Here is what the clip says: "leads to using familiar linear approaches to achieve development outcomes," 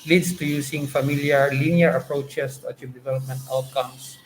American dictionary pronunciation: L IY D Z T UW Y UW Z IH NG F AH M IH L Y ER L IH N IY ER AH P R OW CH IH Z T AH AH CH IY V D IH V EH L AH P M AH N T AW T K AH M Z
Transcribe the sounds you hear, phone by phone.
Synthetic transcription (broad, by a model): L IY D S T UW Y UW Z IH NG F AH M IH L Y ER L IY N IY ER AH P R OW CH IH S T AH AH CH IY P D IH V EH L AH P M AH N T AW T K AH M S